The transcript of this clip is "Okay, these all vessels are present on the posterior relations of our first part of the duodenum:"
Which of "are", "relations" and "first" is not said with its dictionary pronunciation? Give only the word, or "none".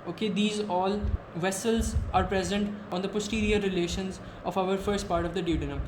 none